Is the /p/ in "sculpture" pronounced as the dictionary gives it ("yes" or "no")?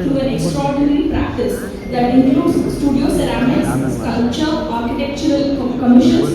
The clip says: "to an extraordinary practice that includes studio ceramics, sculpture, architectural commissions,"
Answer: no